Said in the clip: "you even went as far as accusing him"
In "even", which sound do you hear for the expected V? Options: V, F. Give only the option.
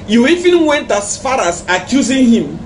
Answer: F